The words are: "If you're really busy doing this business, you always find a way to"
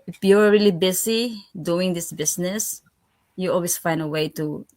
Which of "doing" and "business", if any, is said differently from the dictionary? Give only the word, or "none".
business